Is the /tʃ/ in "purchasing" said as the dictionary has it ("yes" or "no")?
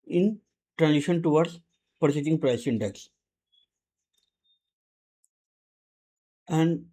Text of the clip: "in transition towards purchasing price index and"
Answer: no